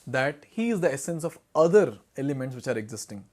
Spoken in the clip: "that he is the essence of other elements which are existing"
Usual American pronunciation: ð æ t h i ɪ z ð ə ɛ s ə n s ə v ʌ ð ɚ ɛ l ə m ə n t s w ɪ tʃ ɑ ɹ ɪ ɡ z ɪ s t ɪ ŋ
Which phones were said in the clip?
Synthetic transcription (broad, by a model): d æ t h i ɪ z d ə ɛ s ə n s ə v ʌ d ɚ ɛ l ə m ə n t s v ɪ tʃ ɑ ɹ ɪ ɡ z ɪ s t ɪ ŋ